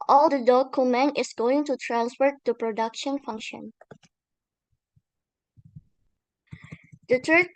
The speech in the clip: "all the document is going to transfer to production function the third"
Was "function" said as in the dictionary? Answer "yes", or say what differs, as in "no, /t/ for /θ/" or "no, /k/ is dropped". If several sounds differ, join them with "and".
yes